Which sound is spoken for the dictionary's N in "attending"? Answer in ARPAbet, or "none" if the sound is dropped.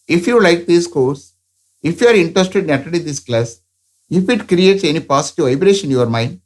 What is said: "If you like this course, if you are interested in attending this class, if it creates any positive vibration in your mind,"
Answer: none